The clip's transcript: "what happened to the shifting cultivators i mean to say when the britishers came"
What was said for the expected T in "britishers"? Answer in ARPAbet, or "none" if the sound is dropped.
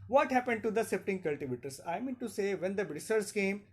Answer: S